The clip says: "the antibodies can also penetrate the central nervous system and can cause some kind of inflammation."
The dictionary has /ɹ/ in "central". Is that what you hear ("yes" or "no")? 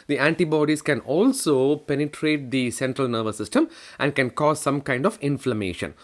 yes